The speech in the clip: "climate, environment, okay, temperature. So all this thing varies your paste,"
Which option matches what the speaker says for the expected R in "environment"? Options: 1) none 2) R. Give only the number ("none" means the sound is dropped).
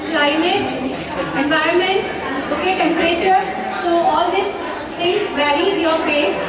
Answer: 2